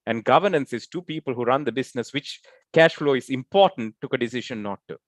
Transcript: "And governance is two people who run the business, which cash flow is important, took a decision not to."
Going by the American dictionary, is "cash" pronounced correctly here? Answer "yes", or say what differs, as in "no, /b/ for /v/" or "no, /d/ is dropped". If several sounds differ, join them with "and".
yes